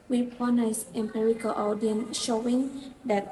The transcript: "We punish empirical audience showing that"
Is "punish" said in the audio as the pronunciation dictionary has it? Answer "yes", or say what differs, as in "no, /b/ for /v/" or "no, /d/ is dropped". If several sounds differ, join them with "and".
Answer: no, /s/ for /ʃ/